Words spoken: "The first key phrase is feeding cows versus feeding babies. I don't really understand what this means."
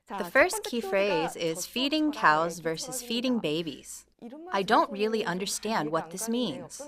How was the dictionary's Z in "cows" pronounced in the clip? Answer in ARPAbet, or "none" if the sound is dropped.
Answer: Z